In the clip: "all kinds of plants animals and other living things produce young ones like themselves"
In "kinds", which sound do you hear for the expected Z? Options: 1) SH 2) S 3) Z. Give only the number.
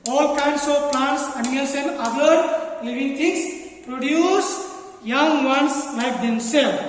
2